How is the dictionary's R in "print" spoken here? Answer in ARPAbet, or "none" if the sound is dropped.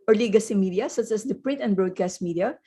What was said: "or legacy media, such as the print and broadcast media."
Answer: R